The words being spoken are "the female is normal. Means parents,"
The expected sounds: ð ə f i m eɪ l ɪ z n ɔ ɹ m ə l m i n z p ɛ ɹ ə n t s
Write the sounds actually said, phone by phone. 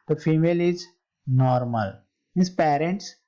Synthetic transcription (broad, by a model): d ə f i m eɪ l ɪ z n ɔ ɹ m ə l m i z p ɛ ɹ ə n t s